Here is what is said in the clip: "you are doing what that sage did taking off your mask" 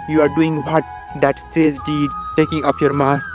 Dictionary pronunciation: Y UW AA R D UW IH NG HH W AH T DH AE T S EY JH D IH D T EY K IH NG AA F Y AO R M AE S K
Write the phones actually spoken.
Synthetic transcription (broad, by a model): Y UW AA R D UW IH NG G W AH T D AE T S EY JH D IH D T EY K IH NG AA P Y AO R M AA S